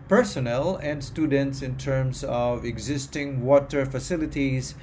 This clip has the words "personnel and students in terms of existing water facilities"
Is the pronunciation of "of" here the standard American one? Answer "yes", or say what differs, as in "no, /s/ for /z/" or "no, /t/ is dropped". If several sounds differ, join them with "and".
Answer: yes